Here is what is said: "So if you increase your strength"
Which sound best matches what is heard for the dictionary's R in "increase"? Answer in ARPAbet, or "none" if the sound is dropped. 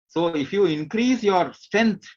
R